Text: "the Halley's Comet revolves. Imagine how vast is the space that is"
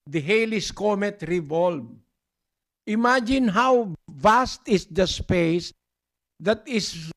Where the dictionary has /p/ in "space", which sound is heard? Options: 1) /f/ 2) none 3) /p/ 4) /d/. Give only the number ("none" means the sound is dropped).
3